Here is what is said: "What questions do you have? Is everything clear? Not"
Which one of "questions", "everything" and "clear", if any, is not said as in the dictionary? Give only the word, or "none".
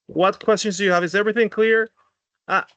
none